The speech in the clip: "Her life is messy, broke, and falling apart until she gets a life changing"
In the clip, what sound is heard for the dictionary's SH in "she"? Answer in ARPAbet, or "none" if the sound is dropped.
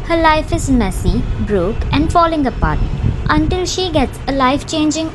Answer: SH